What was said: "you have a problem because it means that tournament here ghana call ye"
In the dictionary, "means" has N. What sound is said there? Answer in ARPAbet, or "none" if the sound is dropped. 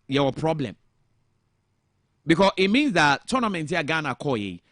N